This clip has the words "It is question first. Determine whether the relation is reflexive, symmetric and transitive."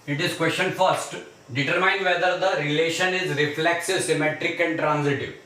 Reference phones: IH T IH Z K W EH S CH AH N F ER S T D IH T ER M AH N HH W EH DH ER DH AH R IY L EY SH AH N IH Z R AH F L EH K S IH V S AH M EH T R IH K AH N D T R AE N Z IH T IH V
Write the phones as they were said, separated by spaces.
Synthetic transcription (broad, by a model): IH T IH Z K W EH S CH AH N F ER S T D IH T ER M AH N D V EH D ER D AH R IY L EY SH AH N IH Z R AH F L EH K S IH S AH M EH T R IH K AH N D T R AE N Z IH T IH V